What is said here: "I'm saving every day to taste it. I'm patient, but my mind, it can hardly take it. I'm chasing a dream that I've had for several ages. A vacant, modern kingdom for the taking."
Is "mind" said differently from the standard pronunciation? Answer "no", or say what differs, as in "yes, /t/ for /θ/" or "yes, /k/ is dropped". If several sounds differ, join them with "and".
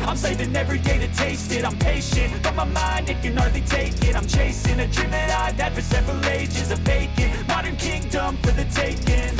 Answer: no